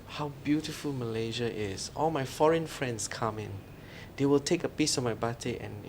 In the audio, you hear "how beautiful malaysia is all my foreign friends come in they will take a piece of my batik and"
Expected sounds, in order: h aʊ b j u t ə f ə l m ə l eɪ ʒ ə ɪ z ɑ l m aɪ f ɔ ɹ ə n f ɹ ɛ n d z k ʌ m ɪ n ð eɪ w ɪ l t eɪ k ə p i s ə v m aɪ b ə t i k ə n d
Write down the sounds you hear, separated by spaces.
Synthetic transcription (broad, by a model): h aʊ b j u t ə f ə l m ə l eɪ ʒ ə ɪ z ɑ l m aɪ f ɔ ɹ ə n f ɹ ɛ n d s k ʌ m ɪ n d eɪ w ɪ l t eɪ k ə p i s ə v m aɪ b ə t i ə n